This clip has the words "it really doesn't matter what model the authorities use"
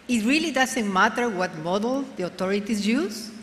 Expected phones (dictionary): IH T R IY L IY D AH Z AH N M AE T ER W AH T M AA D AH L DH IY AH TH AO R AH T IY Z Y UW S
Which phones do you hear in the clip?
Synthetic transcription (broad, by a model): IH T R IY L IY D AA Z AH N M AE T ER W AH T M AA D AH L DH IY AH T AO R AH T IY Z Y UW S